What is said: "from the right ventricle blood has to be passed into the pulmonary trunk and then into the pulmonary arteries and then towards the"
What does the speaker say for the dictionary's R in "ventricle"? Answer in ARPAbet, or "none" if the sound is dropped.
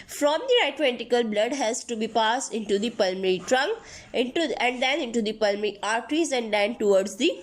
none